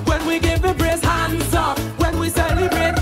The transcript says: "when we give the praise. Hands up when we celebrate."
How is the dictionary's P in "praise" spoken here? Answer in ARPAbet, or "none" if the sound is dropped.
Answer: B